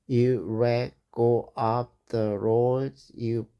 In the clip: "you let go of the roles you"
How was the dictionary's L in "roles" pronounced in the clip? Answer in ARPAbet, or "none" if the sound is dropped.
none